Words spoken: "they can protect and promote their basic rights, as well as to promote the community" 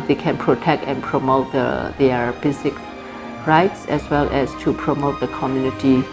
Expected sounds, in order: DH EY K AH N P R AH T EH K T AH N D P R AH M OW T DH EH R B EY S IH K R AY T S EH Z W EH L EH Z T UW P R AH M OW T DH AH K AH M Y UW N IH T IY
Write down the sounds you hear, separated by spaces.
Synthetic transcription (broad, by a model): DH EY K AH N P R AH T EH K T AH N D P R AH M OW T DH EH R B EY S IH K R AY T S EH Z W EH L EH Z T UW P R AH M OW T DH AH K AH M Y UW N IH T IY